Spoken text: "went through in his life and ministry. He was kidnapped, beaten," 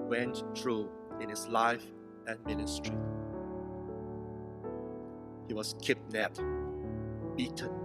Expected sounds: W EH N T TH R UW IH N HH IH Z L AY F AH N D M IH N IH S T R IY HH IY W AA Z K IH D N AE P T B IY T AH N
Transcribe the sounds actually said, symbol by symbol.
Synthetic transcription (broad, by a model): W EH N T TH R UW IH N HH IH S L AY F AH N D M IH N IH S T R IY HH IY W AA S K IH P N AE T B IY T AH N